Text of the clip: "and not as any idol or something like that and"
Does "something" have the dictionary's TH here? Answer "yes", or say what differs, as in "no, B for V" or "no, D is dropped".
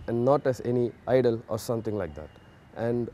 no, T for TH